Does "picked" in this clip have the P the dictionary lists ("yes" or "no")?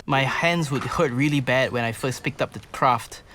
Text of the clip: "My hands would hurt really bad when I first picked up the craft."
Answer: yes